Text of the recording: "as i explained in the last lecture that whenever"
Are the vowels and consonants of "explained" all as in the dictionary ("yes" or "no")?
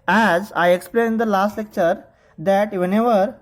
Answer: no